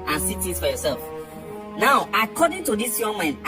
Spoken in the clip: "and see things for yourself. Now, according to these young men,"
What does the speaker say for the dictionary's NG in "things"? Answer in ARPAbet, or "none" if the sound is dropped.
none